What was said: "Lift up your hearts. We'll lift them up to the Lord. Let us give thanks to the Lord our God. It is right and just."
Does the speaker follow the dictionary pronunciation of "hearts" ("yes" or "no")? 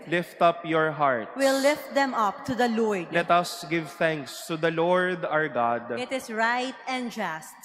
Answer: no